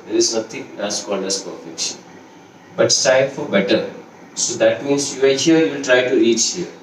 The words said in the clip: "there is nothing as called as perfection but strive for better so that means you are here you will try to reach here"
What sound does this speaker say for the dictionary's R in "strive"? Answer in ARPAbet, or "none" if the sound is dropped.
none